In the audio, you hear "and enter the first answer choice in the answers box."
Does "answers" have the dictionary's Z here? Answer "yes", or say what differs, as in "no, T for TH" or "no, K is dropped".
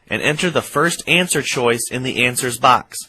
yes